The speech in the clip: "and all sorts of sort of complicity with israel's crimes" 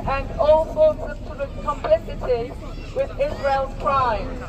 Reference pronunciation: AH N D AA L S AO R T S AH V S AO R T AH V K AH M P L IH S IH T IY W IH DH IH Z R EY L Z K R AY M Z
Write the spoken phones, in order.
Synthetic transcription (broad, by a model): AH N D AA L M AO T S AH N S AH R AH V K AH M P L IH S IH T IY W IH DH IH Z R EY L K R AY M